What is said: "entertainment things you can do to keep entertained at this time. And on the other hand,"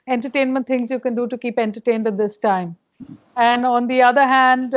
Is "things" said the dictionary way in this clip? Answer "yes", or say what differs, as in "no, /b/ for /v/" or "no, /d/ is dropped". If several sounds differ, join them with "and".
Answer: no, /t/ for /θ/